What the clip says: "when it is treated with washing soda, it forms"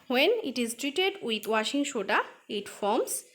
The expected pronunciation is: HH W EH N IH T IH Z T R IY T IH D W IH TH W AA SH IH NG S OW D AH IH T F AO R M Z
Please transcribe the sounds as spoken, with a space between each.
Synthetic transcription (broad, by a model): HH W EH N IH T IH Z T R IY T IH D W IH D W AA SH IH NG SH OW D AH IH T F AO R M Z